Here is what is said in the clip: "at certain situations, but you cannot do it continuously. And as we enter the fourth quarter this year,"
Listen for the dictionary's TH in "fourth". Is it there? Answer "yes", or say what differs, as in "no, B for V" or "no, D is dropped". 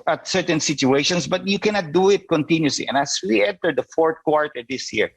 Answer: no, T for TH